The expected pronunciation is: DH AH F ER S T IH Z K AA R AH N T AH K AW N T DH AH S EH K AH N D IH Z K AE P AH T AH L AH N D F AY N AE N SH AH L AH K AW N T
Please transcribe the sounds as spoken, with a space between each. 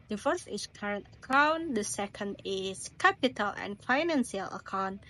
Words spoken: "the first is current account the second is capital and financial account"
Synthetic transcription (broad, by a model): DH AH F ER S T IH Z K AA R AH N T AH K AW N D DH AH S EH K AH N D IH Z K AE P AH T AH L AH N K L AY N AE N S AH L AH K AW N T